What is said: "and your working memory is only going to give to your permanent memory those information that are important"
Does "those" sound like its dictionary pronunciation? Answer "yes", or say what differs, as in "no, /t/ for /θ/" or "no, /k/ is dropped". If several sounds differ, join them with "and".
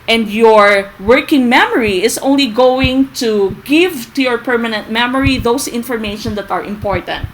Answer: no, /s/ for /z/